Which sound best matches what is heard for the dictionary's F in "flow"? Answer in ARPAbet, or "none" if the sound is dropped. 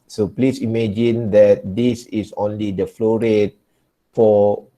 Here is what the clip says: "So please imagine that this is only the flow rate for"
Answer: F